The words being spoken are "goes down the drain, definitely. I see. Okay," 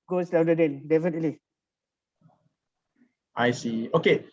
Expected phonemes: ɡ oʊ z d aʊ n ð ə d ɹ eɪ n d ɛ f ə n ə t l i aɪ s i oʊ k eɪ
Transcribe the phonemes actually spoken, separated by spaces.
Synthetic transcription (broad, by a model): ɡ oʊ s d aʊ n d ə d eɪ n d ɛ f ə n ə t l i aɪ s i oʊ k eɪ